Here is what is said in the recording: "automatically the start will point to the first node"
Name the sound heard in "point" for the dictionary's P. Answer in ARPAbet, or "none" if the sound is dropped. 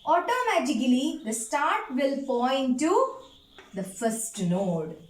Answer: F